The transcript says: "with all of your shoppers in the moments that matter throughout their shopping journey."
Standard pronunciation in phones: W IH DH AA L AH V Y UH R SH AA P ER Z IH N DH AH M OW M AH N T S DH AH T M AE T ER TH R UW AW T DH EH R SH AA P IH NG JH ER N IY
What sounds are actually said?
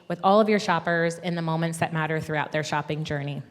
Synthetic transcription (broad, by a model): W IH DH AA L AH V Y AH R SH AA P ER Z IH N DH AH M OW M AH N T S DH AH T M AE T ER TH R UW AW T DH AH R SH AA P IH NG JH ER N IY